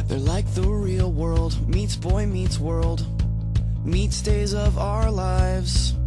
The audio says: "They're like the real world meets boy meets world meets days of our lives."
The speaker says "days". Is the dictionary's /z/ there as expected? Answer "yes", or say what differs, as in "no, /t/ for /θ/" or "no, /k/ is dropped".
yes